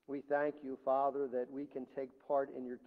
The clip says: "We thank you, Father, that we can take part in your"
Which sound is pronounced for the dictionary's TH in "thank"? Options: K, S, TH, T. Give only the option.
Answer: TH